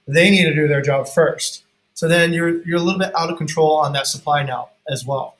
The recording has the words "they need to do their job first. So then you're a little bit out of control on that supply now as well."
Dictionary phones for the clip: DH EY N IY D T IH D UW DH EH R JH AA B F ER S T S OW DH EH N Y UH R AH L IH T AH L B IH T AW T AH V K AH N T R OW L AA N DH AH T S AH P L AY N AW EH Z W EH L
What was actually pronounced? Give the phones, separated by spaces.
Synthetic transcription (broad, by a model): DH EY N IY D T IH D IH DH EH R JH AA B F ER S T S OW DH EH N Y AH R AH L IH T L B IH T AW T AH V K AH N T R OW L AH N DH AH T S AH P L AY N AW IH Z W EH L